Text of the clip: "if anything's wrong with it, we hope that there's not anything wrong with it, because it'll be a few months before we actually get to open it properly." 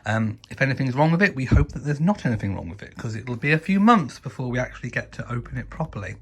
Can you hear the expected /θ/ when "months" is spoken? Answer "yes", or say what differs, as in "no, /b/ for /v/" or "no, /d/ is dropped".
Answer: yes